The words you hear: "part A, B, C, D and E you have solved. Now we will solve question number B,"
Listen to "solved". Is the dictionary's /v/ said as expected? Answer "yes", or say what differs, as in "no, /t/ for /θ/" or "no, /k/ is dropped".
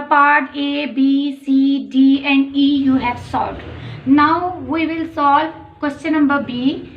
no, /v/ is dropped